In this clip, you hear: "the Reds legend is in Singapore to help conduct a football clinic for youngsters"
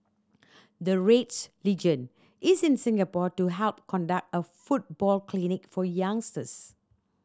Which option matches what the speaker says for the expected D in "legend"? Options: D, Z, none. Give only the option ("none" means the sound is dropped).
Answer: none